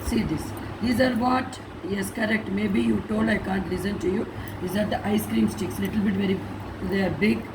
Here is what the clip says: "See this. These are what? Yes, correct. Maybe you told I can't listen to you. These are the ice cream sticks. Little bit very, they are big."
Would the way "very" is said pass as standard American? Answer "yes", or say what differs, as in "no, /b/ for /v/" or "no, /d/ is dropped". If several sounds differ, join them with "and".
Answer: yes